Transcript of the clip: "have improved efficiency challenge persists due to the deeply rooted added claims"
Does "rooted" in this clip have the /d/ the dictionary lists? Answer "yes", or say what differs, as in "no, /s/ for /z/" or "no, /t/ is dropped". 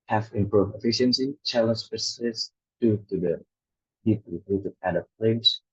no, /d/ is dropped